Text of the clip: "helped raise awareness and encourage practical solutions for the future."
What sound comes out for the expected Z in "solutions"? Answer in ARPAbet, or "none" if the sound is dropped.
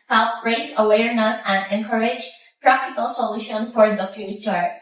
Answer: none